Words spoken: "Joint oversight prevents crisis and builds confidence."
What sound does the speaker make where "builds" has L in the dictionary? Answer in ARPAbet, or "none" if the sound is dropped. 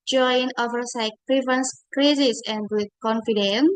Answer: none